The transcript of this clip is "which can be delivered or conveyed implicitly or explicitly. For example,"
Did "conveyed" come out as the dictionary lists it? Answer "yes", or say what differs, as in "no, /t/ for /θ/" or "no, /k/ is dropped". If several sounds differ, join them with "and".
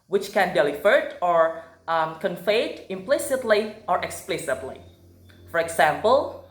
no, /f/ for /v/